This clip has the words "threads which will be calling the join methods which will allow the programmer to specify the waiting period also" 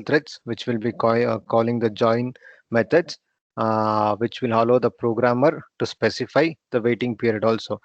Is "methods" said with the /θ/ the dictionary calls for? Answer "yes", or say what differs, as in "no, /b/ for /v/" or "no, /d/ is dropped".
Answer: no, /t/ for /θ/